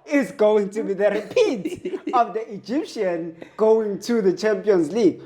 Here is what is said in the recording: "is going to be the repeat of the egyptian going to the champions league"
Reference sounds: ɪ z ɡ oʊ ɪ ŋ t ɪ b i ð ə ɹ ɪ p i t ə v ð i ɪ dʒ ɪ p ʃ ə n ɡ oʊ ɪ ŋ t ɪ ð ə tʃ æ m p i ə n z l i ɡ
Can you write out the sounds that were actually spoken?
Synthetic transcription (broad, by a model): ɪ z ɡ oʊ ɪ ŋ t ɪ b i ð ə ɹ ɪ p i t ə v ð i ɪ dʒ ɪ p ʃ ə n ɡ oʊ ɪ ŋ t ɪ ð ə tʃ æ m p i ə n z l i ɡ